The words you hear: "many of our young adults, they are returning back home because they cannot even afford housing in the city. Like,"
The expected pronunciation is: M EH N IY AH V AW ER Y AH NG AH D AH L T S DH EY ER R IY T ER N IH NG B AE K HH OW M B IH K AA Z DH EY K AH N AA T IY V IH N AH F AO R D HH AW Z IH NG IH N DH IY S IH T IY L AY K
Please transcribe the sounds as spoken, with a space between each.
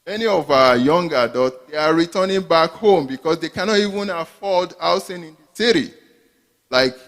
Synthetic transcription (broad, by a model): M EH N IY AH V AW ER Y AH NG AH D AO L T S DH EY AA R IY T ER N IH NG B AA K HH OW M B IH K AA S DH EY K AH N AA T IY V IH N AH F AO L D AW S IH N IH N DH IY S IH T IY L AY K